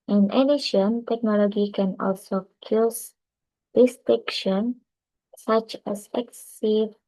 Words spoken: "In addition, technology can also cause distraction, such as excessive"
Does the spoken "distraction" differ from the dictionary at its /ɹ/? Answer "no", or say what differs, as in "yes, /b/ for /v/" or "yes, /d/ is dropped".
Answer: yes, /ɹ/ is dropped